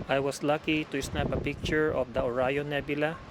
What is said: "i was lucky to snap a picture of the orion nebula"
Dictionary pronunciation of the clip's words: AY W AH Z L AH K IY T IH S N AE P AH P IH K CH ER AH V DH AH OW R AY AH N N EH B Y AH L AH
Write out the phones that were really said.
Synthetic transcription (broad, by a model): AY W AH S L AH K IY T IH S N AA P AH P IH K CH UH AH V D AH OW R AY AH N N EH B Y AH L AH